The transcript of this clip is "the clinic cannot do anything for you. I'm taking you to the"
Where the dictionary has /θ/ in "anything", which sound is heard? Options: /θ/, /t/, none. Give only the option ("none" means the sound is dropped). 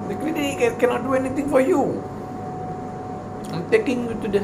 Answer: /t/